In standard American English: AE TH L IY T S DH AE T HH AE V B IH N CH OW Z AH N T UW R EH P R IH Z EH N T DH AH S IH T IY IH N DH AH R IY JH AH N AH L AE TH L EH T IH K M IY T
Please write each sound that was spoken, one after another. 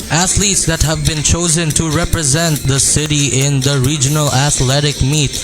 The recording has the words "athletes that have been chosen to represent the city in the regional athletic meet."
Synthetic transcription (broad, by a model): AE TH L IY T S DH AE T HH AE V B IH N CH OW Z AH N T UW R EH P R IH Z EH N T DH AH S IH T IY IH N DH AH R IY JH AH N AH L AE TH L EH T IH K M IY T